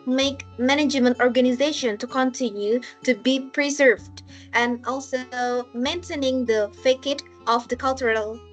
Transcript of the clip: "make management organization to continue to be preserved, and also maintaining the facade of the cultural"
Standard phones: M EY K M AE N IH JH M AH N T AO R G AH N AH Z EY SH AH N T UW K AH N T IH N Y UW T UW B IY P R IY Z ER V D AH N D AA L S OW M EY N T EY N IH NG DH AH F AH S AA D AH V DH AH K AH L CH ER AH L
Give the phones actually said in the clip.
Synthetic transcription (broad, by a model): M EY K M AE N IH JH M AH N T AO R G AH N AH Z EY SH AH N T UW K AH N T IH N Y UW T UW B IY P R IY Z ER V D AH N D AA L S OW M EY N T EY N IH NG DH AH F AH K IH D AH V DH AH K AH L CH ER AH L